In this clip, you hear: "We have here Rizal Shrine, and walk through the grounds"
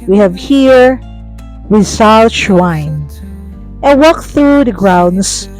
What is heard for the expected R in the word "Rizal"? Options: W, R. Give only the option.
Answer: W